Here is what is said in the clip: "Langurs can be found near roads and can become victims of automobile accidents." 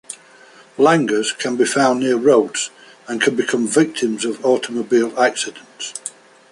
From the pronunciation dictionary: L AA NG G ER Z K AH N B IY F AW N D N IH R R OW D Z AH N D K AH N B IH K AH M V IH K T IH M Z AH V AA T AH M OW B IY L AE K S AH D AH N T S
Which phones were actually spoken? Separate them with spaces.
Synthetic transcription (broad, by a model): L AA NG G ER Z K AH N B IY F AW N N IH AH R OW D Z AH N K AH N B IH K AH M V IH K T IH M Z AH V AA T AH M OW B IY L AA K S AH D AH N T S